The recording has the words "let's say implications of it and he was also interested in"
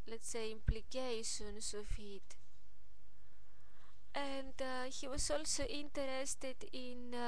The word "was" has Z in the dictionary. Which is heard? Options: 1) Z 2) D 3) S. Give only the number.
3